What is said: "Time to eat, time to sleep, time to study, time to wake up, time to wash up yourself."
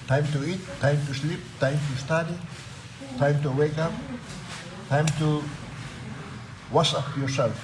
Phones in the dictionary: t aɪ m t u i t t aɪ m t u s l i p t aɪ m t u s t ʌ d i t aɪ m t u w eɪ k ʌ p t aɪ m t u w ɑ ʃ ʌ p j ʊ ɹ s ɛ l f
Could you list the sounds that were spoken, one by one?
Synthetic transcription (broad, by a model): t aɪ m t u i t t aɪ m t u s l i p t aɪ m t u s t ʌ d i t aɪ m t u w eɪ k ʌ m t aɪ m t u w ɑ s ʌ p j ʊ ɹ s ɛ l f